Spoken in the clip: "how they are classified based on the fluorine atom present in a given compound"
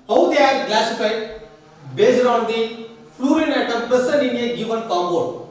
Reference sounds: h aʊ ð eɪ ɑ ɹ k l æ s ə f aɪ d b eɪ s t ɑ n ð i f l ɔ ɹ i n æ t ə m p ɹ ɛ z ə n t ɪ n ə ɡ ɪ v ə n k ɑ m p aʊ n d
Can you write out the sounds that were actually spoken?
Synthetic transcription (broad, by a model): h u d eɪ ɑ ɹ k l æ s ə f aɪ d b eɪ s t ɑ n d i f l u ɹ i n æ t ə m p ɛ s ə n ɪ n ə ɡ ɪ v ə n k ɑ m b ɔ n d